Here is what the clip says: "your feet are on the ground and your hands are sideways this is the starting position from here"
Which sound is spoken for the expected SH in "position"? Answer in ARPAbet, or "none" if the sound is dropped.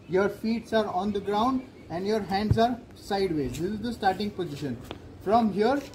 SH